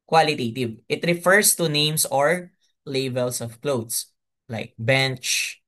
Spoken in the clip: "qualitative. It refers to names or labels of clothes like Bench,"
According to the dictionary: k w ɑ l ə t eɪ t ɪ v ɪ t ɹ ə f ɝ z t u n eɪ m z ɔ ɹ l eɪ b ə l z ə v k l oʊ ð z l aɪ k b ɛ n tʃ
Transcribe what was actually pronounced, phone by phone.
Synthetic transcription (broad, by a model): k w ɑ l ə t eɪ t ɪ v ɪ t ɹ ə f ɝ s t u n eɪ m s ɔ ɹ l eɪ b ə l s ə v k l oʊ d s l aɪ k b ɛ n tʃ